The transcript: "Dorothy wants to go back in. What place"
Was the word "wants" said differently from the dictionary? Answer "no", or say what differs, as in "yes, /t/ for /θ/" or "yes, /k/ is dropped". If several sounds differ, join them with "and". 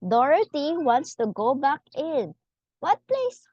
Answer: no